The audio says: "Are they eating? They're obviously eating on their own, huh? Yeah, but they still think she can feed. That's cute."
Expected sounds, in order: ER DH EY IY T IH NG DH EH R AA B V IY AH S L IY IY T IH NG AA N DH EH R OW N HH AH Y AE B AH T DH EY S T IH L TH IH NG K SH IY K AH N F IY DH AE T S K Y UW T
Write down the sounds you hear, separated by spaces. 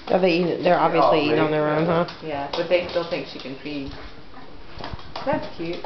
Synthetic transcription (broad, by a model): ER DH EY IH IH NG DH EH R AA B V IY AH S L IY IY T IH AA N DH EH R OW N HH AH Y AE B AH T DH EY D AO N TH IH NG K SH IY K AH N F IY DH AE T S K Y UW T